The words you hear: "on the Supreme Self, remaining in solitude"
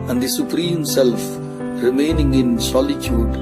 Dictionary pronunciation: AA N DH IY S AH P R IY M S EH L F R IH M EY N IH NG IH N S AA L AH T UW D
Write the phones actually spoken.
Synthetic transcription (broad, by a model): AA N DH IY S AH P R IY M S EH L F R IH M EY N IH NG IH N S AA L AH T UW D